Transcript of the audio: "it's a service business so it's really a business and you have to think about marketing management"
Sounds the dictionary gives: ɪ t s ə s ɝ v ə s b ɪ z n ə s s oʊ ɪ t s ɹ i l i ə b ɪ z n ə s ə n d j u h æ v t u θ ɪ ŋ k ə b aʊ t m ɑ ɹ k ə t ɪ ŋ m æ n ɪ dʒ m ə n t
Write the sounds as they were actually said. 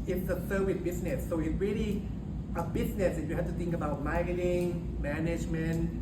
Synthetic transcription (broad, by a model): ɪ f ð ə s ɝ w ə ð b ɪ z n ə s s oʊ ɪ t s ɹ i l i ə b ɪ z n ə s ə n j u h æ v t u θ ɪ ŋ k ə b aʊ t m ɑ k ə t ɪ ŋ m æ n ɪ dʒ m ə n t